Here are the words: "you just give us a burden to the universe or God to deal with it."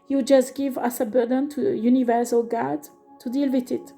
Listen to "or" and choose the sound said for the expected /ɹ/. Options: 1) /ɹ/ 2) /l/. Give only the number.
2